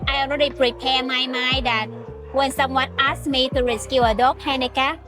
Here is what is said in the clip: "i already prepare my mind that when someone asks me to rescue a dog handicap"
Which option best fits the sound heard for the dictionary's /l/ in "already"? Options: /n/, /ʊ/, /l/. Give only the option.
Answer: /n/